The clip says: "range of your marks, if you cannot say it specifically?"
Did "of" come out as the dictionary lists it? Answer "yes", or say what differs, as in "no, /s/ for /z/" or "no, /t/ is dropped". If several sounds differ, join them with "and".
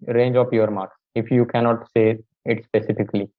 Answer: no, /p/ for /v/